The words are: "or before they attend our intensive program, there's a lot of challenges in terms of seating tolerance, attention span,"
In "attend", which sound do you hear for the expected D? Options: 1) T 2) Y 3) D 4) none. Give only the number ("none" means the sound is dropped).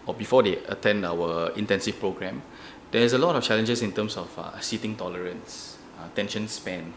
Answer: 3